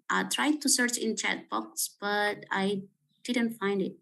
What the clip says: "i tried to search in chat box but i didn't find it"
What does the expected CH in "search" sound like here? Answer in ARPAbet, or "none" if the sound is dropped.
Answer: CH